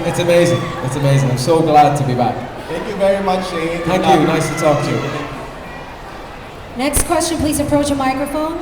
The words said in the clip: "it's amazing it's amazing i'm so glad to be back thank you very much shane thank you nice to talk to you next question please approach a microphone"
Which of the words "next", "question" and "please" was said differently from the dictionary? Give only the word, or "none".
none